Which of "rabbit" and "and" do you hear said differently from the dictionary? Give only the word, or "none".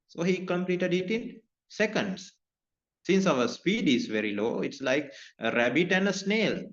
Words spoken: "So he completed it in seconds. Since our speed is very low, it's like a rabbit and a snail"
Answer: none